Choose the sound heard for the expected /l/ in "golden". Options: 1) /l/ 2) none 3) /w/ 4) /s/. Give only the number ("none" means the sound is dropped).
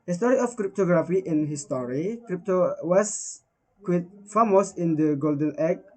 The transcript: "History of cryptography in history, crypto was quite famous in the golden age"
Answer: 1